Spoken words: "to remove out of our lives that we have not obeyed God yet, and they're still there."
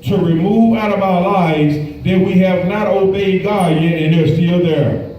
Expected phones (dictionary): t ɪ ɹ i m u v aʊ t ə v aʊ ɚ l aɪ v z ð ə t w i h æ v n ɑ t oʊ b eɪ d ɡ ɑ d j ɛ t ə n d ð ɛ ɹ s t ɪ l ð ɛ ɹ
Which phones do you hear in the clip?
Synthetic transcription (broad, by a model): t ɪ ɹ i m u v aʊ t ə v aʊ ɚ l aɪ v z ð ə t w i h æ v n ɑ t oʊ b eɪ d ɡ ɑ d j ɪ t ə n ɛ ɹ s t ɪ l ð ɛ ɹ